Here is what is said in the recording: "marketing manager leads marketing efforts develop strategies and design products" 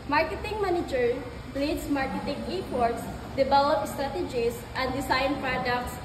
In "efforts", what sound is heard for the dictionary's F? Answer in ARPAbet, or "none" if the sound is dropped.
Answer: P